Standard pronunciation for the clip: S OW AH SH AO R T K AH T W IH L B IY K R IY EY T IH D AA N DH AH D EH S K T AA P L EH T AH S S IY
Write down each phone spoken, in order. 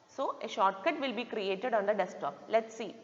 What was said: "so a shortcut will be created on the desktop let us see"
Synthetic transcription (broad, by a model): S OW AH SH AO R T K AH T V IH L B IY K R IY EY T IH D AA N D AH D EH S T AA P L EH T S S IY